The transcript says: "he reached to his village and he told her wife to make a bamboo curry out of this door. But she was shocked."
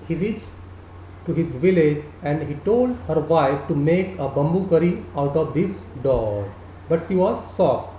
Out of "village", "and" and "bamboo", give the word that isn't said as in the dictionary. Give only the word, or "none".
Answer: none